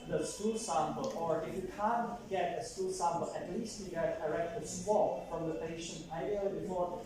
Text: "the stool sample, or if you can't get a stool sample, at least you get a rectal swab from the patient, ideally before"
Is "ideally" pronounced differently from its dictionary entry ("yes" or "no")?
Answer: yes